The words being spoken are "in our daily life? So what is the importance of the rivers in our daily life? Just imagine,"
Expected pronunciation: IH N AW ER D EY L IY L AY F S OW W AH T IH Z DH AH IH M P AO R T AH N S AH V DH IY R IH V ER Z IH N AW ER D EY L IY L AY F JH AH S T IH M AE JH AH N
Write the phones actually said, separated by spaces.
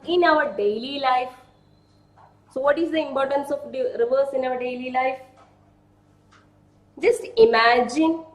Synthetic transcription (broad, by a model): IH N AW ER D EY L IY L AY F S OW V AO T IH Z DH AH IH M P AO R T AH N S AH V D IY R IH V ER S IH N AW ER D EY L IY L AY F JH AH S T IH M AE JH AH N